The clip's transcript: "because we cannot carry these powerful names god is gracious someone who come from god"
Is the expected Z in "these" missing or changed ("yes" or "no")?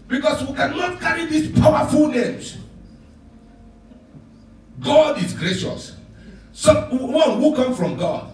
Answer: yes